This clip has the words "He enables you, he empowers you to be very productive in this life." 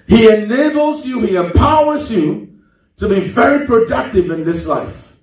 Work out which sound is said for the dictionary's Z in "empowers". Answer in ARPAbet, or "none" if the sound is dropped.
Z